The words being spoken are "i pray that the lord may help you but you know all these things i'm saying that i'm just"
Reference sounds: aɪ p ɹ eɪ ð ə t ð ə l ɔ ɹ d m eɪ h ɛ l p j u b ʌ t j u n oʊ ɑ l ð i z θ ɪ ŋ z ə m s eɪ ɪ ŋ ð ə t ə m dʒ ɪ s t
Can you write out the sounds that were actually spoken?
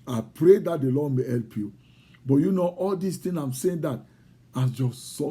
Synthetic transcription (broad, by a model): aɪ p ɹ eɪ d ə t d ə l ɔ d m eɪ h ɛ l p j u b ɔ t j u n oʊ ɑ l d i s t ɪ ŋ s ə m s eɪ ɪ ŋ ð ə t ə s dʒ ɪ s